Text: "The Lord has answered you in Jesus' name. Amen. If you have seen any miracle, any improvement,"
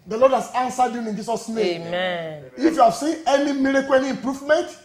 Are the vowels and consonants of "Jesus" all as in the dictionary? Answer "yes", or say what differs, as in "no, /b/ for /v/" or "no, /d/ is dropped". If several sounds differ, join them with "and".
no, /s/ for /z/